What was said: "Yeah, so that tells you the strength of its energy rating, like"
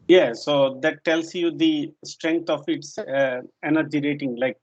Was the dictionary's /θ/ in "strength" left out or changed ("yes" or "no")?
yes